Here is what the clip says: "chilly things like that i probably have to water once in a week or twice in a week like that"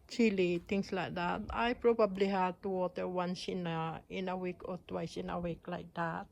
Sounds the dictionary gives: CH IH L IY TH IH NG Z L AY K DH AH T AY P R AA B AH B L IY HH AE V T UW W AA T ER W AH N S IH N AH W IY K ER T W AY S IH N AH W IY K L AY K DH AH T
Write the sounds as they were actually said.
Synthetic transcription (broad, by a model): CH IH L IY T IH NG S L AY K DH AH T AY P R AA B AH B L IY HH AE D T UW W AA T ER W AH N S IH N AH W IY K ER T W AY S IH N AH W IY K L AY K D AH T